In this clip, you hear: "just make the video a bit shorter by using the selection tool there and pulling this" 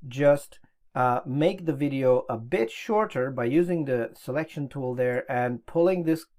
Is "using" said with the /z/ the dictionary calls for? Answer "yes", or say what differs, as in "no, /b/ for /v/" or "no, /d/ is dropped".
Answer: yes